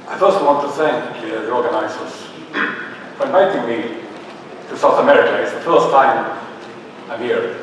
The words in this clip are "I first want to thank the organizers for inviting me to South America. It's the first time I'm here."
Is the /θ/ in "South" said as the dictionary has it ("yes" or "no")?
yes